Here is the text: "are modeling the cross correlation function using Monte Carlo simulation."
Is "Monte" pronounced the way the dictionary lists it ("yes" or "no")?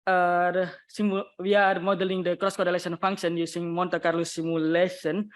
yes